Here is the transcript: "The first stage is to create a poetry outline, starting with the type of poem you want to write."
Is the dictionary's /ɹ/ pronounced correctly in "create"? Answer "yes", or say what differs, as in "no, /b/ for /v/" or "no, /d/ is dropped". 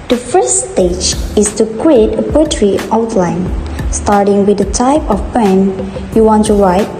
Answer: no, /w/ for /ɹ/